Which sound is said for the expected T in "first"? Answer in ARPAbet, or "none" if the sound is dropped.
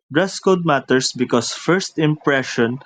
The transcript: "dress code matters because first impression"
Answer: T